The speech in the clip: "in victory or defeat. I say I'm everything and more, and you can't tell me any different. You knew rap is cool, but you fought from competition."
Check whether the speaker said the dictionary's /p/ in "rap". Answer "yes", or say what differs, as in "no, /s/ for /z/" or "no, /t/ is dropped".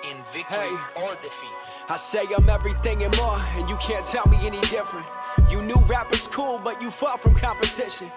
yes